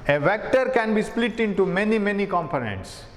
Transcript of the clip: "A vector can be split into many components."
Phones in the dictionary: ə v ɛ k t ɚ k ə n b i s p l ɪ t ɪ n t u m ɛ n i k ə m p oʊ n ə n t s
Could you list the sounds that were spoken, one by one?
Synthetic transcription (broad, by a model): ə v ɛ k t ɚ k ə n b i s p l ɪ t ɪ n t u m ɛ n i k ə m p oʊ n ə n t s